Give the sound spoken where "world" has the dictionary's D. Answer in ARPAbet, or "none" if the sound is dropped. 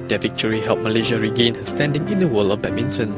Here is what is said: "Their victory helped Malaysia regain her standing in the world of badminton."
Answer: none